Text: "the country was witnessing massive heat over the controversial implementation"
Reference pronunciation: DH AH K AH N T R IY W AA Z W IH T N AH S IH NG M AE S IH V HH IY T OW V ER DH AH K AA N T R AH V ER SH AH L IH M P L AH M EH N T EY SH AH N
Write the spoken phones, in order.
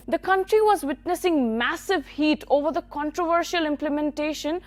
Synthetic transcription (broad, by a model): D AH K AH N T R IY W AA Z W IH T N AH S IH NG M AE S IH V HH IY T OW V ER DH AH K AA N T R AH V ER SH AH L IH M P L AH M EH N T EY SH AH N